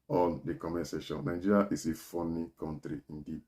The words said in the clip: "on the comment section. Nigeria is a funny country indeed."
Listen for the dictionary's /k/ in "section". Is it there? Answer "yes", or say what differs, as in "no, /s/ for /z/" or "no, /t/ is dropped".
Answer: no, /k/ is dropped